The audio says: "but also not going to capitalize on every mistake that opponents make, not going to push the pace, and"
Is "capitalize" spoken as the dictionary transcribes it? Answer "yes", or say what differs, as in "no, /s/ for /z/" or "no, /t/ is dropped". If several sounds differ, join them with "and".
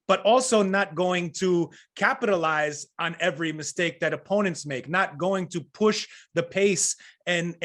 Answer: yes